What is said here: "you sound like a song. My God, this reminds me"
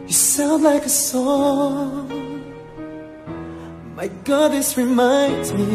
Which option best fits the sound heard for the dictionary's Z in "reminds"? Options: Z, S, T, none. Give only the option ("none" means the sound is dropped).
Z